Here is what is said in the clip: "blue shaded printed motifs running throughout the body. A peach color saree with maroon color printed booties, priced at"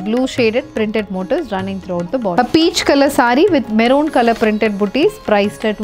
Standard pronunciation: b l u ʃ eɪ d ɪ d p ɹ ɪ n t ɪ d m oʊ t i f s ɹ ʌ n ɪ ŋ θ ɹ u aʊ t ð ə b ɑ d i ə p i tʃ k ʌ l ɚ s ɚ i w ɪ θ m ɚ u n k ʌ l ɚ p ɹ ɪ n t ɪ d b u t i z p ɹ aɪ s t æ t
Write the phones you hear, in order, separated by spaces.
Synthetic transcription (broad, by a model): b l u ʃ eɪ d ɪ d p ɹ ɪ n t ɪ d m oʊ t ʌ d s ɹ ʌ n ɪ ŋ t ɹ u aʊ t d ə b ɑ ə p i tʃ k ʌ l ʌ s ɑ i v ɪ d m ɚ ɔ n k ʌ l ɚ p ɹ ɪ n t ɪ d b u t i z p ɹ aɪ s t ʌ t